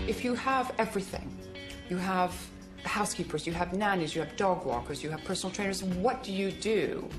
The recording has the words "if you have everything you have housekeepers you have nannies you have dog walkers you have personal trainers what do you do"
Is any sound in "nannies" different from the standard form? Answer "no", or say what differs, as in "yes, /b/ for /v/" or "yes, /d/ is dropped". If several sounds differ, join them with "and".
no